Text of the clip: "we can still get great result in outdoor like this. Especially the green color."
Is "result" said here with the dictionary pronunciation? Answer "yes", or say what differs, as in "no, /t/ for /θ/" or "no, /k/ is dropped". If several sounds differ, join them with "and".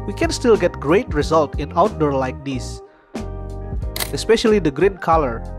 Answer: yes